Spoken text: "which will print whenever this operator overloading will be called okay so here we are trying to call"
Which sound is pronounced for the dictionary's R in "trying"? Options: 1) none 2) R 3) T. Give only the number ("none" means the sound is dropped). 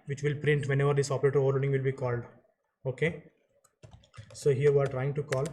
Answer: 2